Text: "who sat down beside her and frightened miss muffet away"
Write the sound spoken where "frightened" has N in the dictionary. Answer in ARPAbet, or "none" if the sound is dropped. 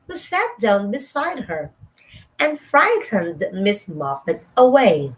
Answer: N